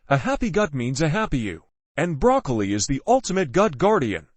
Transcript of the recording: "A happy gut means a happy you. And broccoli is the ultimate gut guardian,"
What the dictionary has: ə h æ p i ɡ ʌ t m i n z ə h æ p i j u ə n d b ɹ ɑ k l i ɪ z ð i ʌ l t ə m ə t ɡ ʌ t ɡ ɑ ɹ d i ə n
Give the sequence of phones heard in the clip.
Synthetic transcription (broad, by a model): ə h æ p i ɡ ʌ t m i n z ə h æ p i j u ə n b ɹ ɑ k l i ɪ z ð i ʌ l t ə m ə t ɡ ʌ t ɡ ɑ ɹ d i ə n